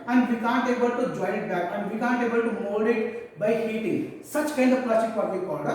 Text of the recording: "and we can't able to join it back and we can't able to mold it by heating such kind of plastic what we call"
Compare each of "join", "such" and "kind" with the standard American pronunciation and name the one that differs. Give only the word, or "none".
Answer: join